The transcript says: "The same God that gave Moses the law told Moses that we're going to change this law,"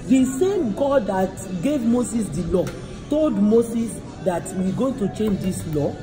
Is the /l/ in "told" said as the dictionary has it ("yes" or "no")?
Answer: yes